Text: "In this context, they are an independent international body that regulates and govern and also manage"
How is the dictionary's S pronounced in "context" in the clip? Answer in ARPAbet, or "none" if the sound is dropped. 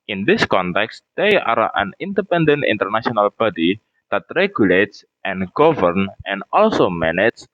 S